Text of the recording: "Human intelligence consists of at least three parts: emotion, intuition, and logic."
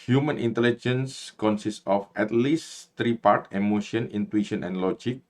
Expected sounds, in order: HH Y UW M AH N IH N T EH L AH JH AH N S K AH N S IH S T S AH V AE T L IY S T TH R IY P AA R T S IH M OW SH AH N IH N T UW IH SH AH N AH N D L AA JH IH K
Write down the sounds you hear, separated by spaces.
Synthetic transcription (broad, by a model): HH Y UW M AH N IH N T EH L AH JH AH N S K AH N S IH S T AH F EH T L IY S T R IY P AA R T IH M OW SH AH N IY N T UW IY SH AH N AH N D L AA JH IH K